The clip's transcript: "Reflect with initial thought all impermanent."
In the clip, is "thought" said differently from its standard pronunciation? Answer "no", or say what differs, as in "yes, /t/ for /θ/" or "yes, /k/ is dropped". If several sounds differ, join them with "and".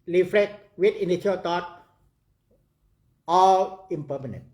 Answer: yes, /t/ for /θ/